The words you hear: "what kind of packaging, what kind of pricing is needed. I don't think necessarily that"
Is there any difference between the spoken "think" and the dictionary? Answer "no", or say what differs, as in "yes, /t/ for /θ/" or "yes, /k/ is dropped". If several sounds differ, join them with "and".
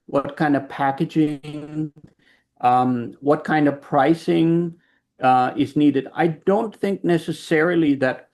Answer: no